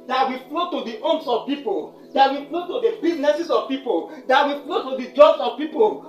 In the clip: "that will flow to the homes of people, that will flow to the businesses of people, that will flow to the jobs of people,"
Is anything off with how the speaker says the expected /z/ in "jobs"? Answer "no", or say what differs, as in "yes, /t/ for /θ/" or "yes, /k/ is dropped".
yes, /s/ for /z/